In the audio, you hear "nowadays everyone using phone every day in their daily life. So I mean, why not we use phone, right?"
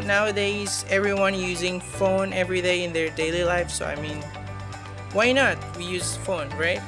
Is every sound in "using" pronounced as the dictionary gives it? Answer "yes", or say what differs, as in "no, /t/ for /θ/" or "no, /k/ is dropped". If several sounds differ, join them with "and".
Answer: yes